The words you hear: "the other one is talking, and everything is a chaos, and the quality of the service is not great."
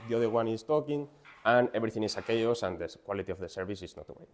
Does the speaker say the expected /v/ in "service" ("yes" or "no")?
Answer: no